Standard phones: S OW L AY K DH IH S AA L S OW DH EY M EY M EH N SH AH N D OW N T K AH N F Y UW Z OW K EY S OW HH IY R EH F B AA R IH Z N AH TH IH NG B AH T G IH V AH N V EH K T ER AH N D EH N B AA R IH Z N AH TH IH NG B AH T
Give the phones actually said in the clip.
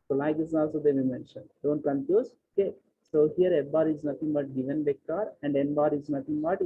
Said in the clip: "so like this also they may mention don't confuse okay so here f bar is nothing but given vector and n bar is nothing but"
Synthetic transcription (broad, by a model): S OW L AY K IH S AA L S OW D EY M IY M EH N SH AH N D OW N T K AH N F Y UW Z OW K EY S OW HH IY R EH B AA R IH Z N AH T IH NG B AH T G IH V AH N B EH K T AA AH N D EH N B AA R IH Z N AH T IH NG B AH T